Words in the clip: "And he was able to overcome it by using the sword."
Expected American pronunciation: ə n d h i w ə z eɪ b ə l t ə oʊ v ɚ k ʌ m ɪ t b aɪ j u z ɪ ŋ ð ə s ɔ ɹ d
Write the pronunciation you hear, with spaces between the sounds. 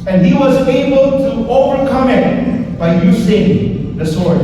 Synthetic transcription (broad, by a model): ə n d h i w ə z eɪ b ə l t ə oʊ v ɚ k ʌ m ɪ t b aɪ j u s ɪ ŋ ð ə s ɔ ɹ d